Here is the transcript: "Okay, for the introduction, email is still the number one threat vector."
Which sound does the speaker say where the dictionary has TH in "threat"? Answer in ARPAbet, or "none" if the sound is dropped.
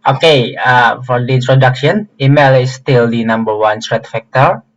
S